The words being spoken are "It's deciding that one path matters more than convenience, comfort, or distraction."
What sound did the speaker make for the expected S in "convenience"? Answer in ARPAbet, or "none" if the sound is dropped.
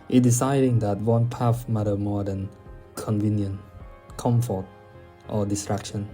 none